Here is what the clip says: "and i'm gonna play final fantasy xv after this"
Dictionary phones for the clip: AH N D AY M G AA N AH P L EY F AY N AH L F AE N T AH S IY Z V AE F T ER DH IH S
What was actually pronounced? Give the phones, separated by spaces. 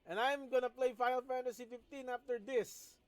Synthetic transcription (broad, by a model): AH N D AY M G AA N AH P L EY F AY AH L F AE N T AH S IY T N AE F T ER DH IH S